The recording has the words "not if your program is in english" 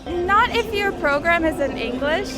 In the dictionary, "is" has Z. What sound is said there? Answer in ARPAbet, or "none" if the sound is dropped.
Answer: Z